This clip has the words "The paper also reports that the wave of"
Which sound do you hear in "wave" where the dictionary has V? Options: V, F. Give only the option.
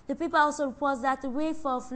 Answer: F